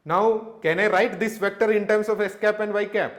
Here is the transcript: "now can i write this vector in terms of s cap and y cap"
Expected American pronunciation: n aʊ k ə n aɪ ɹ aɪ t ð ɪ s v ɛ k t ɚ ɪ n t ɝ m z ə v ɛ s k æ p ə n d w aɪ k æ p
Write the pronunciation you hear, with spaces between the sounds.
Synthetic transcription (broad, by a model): n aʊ k ə n aɪ ɹ aɪ t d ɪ s v ɛ k t ɚ ɪ n t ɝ m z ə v ɛ s k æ p ə n d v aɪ k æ p